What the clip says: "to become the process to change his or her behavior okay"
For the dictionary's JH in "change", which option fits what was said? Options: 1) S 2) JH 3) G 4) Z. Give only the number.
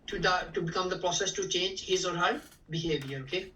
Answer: 2